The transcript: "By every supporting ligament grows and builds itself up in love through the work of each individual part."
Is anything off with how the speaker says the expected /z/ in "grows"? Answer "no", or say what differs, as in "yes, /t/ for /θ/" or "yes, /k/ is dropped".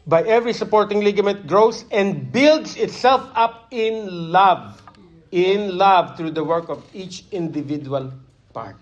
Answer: yes, /s/ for /z/